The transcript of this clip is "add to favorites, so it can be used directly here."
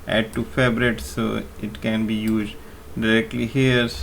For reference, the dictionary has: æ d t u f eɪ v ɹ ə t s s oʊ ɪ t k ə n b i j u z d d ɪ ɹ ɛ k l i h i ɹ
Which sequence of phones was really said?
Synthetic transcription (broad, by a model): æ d t u f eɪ b ɹ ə t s s oʊ ɪ t k ə n b i j u z d d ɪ ɹ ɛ k l i h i ɹ